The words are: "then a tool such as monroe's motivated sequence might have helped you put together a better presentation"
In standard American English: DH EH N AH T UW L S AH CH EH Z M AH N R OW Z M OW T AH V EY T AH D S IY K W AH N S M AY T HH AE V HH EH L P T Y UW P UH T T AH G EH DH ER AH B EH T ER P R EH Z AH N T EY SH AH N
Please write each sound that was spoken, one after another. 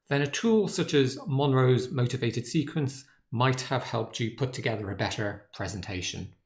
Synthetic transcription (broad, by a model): DH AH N AH T UW L S AH CH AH Z M AH N R OW Z M OW T AH V EY T AH D S IY K W AH N S M AY T HH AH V HH EH L P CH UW P UH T T AH G EH DH ER AH B EH T ER P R EH Z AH N T EY SH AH N